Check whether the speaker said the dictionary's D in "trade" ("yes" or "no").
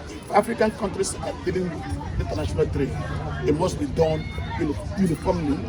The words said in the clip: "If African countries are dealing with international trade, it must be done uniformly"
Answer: no